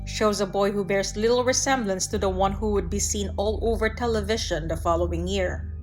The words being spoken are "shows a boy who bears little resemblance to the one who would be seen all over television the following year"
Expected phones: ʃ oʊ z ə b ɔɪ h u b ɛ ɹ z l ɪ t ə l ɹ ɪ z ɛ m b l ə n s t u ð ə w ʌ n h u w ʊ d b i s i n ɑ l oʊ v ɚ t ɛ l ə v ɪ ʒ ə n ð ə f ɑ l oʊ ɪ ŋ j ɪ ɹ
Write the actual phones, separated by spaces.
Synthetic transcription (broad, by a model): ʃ oʊ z ə b ɔɪ h u b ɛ ɹ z l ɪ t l ɹ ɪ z ɛ m b l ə n s t u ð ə w ʌ n h u w ʊ d b i s i n ɑ l oʊ v ɚ t ɛ l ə v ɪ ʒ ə n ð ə f ɑ l oʊ ɪ ŋ j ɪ ɹ